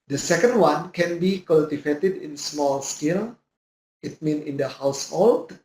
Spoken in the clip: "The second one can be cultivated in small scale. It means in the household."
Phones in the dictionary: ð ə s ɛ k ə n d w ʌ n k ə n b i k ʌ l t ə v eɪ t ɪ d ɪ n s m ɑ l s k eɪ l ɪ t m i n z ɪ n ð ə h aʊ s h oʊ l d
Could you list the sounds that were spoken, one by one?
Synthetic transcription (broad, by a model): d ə s ɛ k ə n d w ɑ n k ə n b i k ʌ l t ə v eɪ t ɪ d ɪ n s m ɑ l s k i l ɪ t m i n ɪ n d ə h aʊ s h oʊ l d